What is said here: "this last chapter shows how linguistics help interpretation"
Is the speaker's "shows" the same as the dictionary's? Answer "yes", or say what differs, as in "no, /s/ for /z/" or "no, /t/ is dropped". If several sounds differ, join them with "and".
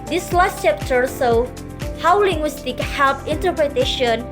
no, /s/ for /ʃ/ and /z/ is dropped